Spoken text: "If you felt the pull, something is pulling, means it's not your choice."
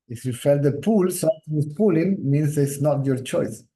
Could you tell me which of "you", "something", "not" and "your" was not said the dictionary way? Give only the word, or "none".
something